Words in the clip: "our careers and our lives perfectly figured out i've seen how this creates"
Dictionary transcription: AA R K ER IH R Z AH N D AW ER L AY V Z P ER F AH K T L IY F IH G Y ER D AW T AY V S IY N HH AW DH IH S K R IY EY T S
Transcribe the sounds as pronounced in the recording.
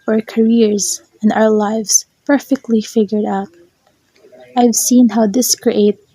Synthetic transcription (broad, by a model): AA R K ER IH R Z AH N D AW ER L AY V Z P ER F AH K T L IY F IH G Y ER D AW T AY V S IY N HH AW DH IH S K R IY EY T